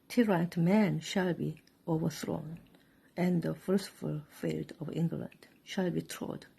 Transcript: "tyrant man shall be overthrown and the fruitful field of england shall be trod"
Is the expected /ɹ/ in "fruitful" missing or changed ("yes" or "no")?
yes